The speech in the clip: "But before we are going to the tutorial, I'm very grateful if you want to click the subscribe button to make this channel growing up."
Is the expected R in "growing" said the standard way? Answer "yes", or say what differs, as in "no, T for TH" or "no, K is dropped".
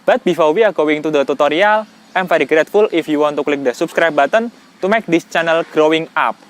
yes